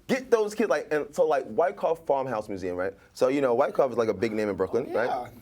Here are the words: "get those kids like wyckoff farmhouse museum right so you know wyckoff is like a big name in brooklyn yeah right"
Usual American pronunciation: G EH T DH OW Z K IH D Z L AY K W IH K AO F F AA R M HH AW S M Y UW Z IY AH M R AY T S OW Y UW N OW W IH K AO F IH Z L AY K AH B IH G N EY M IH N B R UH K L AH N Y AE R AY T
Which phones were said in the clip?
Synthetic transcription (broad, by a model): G EH T DH OW Z K IH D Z L AY K W IH K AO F F AA R M HH AW S M Y UW Z IY AH M R AY T S OW Y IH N OW W IH K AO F IH Z L AY K AH B IH G N EY M IH N B R UH K L AH N R AY T